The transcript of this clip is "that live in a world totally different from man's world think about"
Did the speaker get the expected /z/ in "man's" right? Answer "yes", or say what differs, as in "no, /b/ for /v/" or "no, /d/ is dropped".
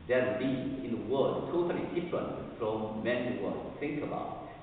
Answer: no, /z/ is dropped